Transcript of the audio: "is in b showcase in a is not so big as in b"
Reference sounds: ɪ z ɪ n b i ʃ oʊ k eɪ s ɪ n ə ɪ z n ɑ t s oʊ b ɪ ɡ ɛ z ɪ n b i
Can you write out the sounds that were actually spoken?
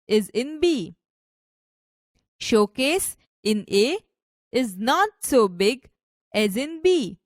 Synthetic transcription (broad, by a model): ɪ z ɪ n b i ʃ oʊ k eɪ s ɪ n ə ɪ z n ɑ t s oʊ b ɪ ɡ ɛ z ɪ n b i